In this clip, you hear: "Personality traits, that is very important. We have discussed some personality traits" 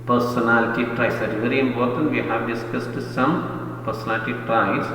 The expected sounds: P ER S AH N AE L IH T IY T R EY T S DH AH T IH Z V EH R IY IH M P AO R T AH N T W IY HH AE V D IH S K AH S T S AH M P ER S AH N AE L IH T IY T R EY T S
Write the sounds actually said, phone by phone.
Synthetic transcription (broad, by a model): P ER S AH N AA L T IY T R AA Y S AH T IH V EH R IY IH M B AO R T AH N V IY HH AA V D IH S K AH S T S AH M P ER S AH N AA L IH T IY T R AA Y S